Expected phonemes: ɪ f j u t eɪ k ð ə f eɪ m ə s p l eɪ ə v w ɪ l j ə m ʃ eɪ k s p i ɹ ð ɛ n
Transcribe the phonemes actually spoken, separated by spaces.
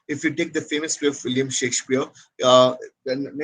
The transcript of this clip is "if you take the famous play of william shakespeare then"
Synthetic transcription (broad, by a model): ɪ f j u t eɪ k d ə f eɪ m ə s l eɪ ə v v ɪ l j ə m ʃ eɪ k s p i ɹ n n